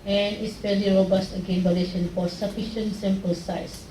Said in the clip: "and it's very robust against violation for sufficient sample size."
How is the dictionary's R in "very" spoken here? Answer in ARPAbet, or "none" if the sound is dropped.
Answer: L